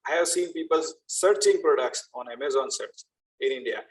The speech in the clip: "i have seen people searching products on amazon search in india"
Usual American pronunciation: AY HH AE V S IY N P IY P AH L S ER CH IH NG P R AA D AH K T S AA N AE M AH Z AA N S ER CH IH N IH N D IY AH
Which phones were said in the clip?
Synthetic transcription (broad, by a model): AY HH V S IY N P IY P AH L S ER CH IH NG P R AA D AH K T S AA N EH M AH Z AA N S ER S IH N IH N D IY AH